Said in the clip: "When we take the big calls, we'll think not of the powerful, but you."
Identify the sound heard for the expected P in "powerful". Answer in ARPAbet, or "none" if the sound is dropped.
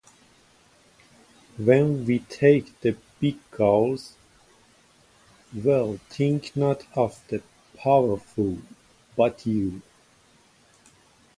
P